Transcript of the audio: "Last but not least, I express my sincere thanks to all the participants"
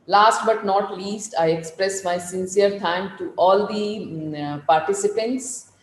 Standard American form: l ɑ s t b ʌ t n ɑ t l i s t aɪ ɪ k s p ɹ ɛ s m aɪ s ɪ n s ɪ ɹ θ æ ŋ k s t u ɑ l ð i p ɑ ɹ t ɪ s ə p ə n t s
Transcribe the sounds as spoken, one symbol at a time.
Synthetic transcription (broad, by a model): l ɑ s t b ʌ t n ɑ t l i s t aɪ ɪ k s p ɹ ɛ s m aɪ s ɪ n s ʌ ɹ t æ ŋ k t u ɑ l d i p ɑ ɹ t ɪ s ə p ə n t s